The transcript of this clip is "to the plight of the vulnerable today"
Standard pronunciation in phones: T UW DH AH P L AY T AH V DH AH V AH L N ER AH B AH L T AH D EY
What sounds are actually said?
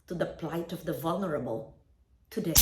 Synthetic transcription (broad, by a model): T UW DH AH P L AY T AH V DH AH V AH L N ER AH B AH L T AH D EY